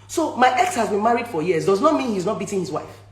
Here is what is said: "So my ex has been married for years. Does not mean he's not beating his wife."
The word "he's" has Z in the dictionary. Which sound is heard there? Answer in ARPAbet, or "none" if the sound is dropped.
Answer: Z